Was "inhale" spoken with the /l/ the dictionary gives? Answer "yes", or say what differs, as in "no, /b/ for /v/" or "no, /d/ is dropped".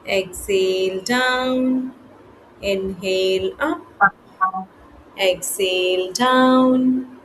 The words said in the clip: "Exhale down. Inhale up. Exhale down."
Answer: yes